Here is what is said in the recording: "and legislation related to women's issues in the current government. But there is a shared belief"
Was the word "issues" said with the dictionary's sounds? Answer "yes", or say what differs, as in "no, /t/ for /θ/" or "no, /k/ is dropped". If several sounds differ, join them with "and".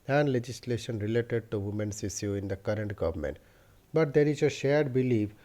no, /z/ is dropped